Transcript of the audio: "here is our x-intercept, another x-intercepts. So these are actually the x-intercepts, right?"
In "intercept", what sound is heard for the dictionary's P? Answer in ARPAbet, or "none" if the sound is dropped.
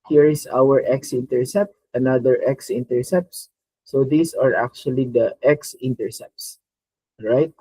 P